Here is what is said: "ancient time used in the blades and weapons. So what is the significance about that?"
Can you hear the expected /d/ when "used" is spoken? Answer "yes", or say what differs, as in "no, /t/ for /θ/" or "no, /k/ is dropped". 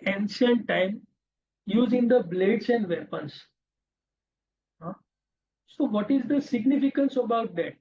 no, /d/ is dropped